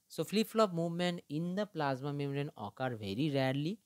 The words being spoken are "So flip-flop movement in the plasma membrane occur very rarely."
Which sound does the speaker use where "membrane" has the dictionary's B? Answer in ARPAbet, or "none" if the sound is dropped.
none